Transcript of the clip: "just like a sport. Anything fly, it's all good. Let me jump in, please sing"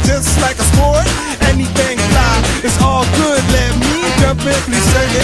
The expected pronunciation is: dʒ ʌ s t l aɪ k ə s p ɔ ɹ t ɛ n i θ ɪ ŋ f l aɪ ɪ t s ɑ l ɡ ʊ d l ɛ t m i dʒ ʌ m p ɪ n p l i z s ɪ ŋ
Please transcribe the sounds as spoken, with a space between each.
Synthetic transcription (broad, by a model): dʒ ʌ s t l aɪ k ə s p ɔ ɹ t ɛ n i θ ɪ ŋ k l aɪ ɪ t s ɑ l ɡ ʊ d l ɛ t m i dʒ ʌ p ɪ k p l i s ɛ